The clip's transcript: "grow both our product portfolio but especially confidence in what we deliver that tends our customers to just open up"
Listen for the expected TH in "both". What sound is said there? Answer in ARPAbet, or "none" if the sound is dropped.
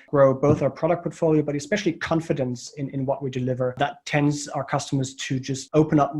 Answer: TH